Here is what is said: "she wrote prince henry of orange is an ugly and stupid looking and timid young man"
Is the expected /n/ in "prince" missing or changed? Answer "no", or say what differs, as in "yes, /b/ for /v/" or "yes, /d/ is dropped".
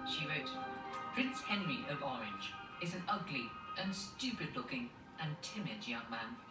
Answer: no